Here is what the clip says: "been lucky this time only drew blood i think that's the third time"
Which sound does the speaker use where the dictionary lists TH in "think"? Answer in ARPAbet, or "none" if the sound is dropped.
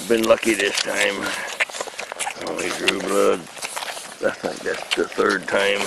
S